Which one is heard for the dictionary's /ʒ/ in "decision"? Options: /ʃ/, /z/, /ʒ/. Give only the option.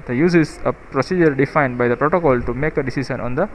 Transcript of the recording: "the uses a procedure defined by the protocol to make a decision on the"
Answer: /ʃ/